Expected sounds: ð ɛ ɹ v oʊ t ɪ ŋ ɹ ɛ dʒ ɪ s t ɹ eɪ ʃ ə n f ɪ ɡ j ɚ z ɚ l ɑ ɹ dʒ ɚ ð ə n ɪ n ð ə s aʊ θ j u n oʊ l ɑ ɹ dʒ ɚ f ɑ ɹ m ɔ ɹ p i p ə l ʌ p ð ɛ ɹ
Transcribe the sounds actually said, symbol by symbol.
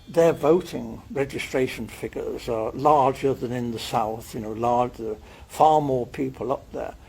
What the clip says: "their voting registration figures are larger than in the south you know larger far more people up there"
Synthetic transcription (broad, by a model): ð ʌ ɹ v oʊ t ɪ ŋ ɹ ɛ dʒ ɪ s t ɹ eɪ ʃ ə n f ɪ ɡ ɚ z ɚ l ɑ ɹ dʒ ɚ ð ə n ɪ n ð ə s aʊ θ j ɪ n oʊ l ɑ ɹ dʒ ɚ f ɑ ɹ m ɔ ɹ p i p ə l ʌ p ð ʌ ɹ